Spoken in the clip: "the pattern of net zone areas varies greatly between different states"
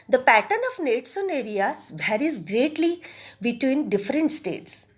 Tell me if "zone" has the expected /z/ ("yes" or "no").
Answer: no